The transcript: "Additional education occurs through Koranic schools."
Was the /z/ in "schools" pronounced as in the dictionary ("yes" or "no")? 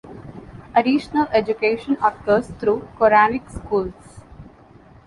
no